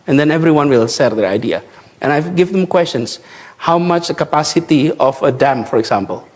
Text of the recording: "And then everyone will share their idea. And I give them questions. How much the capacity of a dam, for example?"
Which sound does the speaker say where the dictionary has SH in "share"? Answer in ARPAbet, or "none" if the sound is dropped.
S